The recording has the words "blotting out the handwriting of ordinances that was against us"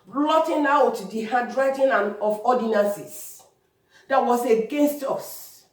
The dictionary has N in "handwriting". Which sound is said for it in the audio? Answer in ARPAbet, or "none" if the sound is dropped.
none